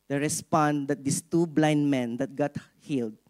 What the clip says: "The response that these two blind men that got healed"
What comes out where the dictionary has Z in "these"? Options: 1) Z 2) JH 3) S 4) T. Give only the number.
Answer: 3